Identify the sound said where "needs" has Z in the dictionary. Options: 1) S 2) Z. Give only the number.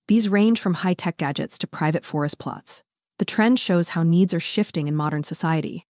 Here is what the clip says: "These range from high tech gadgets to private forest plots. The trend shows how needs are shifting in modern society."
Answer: 2